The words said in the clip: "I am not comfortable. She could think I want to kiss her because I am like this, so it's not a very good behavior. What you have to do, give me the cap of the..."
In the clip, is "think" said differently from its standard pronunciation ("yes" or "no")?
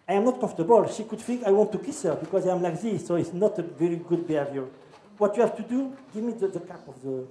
yes